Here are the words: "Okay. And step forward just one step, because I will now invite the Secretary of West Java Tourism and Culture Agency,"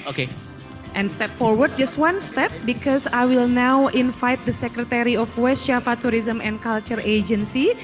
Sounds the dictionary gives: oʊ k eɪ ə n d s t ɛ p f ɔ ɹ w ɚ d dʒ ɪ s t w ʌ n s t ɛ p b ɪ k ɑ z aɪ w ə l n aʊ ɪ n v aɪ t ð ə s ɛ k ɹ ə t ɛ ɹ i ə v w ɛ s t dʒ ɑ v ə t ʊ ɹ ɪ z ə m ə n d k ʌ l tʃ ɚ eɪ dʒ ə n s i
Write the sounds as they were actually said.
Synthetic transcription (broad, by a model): oʊ k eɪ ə n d s t ɛ p f ɔ ɹ w ɚ d dʒ ɪ s t w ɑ n s t ɛ p b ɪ k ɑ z aɪ w ə l n aʊ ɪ n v aɪ t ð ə s ɛ k ɹ ə t ɛ ɹ i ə f w ɛ s t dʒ ɑ f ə t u ɹ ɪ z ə m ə n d k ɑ l tʃ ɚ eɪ dʒ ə n s i